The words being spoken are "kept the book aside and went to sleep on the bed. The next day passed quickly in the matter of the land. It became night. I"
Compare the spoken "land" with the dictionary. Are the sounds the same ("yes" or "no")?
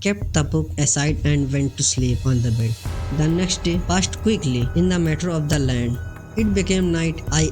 yes